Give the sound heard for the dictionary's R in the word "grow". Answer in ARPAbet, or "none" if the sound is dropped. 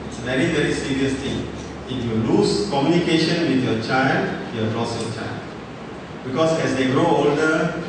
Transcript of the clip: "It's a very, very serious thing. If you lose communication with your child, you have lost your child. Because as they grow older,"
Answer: R